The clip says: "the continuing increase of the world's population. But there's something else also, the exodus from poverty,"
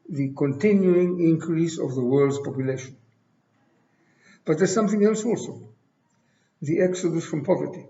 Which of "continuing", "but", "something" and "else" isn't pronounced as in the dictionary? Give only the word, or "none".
none